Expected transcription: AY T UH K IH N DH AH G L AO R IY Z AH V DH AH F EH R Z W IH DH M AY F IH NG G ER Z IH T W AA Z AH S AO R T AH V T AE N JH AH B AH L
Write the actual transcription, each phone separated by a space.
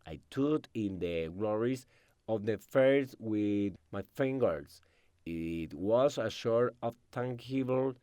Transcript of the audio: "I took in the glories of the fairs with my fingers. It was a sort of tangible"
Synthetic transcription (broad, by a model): AY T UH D IH N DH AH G L AO R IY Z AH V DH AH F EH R S W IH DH M AY F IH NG G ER S IH T W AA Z AH SH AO R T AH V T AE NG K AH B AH L